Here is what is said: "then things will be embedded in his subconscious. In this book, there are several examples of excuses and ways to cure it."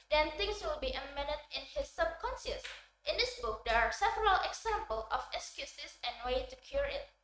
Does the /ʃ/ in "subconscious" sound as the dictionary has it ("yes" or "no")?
no